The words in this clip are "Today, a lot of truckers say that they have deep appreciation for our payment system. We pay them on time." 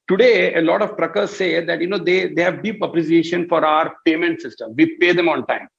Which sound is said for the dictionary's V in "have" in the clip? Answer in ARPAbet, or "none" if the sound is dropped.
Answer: V